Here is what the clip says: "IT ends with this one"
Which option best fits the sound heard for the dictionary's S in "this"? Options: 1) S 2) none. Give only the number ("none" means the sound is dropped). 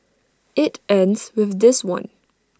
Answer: 1